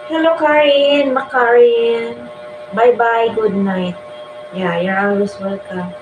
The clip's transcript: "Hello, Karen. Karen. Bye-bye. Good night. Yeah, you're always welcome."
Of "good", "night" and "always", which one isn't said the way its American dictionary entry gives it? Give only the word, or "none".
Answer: always